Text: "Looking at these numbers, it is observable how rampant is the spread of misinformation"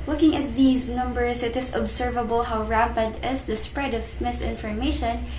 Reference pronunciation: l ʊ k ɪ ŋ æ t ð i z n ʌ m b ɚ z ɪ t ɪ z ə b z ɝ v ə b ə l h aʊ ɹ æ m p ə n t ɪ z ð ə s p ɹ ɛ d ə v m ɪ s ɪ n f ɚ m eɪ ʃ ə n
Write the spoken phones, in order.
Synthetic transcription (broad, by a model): l ʊ k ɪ ŋ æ t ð i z n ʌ m b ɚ s ɪ t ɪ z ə b s ɝ v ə b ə l h aʊ ɹ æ p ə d ɪ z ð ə s p ɹ ɛ d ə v m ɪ s ɪ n f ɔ m eɪ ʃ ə n